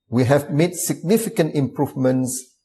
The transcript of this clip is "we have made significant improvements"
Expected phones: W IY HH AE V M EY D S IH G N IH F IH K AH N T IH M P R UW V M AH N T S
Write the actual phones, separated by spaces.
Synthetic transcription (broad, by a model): W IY HH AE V M EY D S IH G N IH F IH K AH N T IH M P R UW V M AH N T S